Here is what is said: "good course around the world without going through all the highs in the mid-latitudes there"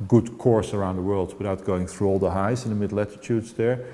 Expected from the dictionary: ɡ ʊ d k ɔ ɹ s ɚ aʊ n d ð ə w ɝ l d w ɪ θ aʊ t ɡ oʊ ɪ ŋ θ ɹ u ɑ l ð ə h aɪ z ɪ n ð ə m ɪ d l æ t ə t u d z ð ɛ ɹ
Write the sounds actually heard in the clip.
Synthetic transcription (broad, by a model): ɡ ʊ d k ɔ ɹ s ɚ aʊ n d ð ə w ɝ l d w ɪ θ aʊ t ɡ oʊ ɪ ŋ θ ɹ u ɑ l ð ə h aɪ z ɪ n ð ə m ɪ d l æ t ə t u d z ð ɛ ɹ